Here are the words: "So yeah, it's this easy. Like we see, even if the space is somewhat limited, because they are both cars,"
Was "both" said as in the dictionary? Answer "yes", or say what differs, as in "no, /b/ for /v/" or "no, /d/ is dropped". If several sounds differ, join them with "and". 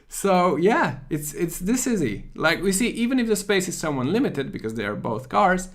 yes